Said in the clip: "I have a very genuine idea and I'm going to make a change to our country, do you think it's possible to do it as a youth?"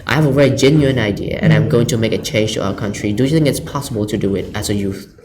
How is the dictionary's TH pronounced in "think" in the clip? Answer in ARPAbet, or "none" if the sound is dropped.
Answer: TH